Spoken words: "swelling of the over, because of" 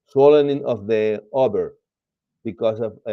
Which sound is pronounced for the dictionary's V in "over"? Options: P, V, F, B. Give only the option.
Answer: B